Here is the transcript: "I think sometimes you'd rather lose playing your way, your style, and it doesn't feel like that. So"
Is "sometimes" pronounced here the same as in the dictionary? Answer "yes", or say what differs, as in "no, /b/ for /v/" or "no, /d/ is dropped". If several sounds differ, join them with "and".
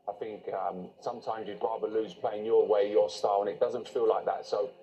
yes